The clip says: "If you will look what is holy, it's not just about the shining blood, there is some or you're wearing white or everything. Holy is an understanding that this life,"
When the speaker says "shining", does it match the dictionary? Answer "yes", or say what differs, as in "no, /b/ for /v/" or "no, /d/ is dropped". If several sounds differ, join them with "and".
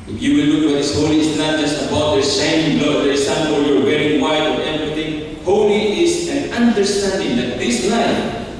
no, /s/ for /ʃ/ and /n/ is dropped